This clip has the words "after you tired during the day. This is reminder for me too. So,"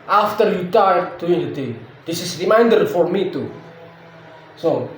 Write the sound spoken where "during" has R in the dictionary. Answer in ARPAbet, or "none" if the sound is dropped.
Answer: none